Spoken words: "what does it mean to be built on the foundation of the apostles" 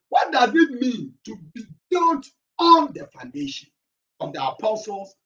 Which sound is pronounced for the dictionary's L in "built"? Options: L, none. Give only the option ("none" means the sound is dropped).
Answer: none